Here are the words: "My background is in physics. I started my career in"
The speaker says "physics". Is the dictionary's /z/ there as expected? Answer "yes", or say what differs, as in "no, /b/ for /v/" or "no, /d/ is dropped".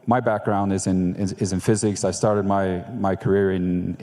yes